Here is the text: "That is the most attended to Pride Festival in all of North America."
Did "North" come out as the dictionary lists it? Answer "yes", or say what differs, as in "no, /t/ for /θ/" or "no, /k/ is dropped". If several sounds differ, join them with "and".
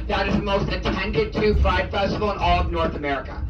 yes